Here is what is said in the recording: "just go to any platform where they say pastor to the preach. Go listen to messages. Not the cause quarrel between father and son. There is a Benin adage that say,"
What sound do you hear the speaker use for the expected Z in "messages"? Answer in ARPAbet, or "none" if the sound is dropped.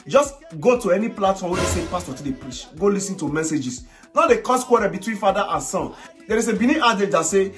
S